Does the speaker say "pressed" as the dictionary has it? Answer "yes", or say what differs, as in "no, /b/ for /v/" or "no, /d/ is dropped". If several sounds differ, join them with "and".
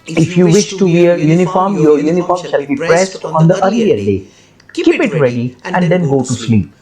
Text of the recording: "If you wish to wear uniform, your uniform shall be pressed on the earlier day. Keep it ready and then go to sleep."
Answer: yes